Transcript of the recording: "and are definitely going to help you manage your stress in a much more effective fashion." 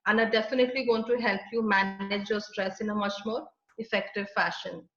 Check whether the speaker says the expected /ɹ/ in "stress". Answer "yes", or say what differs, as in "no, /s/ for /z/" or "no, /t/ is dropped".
yes